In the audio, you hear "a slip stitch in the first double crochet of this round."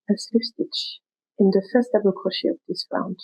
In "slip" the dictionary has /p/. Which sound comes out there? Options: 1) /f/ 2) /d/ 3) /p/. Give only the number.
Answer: 1